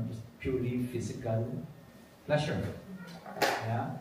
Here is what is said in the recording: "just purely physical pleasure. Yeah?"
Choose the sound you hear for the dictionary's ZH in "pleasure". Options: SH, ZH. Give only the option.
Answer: SH